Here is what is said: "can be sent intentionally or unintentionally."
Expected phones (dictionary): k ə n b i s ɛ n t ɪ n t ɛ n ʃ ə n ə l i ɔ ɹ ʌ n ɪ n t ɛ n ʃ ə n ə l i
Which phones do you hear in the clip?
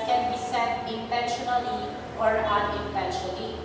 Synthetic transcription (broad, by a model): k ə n b i s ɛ t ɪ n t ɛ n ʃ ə n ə l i ɔ ɹ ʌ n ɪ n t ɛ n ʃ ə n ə l i